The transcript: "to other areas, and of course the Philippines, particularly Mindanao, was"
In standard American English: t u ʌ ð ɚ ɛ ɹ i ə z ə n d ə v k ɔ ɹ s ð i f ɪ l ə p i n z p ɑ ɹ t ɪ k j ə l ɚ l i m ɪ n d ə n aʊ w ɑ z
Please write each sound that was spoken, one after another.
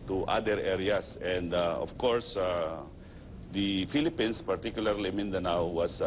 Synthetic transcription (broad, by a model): t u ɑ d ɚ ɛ ɹ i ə s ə n d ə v k ɔ ɹ s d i f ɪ l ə p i n s p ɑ ɹ t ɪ k j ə l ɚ l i m ɪ n d ə n aʊ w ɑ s